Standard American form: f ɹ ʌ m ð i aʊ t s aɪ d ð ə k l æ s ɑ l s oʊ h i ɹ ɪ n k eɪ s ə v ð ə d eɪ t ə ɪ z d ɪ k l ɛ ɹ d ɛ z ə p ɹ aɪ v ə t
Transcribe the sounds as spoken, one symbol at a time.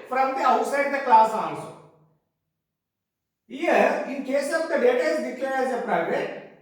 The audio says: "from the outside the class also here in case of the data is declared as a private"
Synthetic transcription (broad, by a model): f ɹ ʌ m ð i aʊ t s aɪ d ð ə k l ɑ s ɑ n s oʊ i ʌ ɪ n k eɪ s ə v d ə d eɪ t ə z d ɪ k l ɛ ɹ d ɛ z ə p ɹ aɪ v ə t